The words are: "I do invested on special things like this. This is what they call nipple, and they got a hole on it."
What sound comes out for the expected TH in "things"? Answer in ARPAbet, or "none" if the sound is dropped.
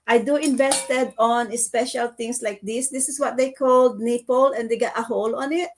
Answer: T